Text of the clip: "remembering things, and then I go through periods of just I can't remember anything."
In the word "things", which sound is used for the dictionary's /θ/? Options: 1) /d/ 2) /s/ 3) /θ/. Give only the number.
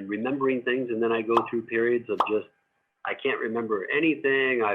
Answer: 3